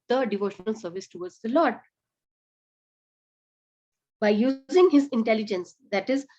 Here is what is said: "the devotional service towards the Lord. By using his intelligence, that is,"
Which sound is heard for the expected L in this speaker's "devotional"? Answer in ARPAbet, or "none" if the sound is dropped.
L